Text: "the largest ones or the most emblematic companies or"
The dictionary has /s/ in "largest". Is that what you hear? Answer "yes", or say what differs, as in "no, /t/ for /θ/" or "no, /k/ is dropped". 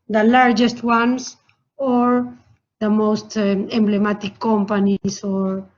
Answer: yes